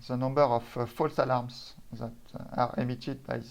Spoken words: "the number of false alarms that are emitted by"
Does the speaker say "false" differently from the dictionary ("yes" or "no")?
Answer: no